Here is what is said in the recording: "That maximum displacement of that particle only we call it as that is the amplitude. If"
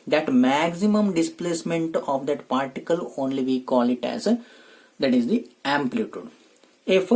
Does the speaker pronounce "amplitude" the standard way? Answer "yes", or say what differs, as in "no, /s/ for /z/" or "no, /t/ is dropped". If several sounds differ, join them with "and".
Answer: yes